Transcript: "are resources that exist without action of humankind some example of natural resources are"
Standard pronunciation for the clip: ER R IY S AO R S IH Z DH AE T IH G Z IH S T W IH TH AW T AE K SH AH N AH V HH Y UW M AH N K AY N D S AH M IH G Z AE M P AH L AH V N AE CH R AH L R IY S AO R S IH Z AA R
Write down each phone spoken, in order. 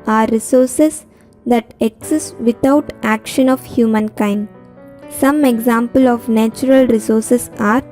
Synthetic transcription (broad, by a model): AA R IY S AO R S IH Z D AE T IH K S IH S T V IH T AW T AE K SH AH N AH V HH Y UW M AH N K AY N D S AH M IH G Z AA M P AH L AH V N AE CH R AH L R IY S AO R S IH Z AA R